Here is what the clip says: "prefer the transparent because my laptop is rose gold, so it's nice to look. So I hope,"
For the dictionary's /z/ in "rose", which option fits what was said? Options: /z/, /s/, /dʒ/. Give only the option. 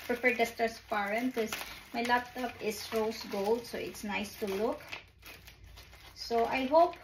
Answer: /s/